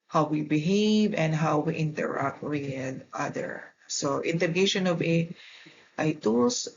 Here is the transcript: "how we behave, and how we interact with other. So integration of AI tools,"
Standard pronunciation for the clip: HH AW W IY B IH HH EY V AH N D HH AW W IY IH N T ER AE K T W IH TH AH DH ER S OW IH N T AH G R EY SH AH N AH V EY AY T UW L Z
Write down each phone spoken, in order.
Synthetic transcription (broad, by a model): HH AW W IY B IH HH EY V AH N D HH AW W IY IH N T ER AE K T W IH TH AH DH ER S OW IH N T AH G EY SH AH N AH V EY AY T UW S